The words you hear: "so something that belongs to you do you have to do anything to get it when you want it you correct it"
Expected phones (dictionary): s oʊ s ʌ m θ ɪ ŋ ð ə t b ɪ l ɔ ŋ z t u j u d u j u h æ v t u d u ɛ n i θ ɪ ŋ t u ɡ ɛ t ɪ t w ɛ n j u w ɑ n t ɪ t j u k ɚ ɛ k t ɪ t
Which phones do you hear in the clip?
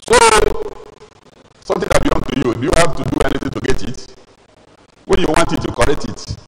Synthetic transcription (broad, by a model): s oʊ s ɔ m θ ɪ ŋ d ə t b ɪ ɔ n t u j u d u j u h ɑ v t u d u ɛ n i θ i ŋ t u ɡ ɛ t ɪ t w ɛ n j u w ɑ n t ɪ t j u k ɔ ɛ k t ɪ t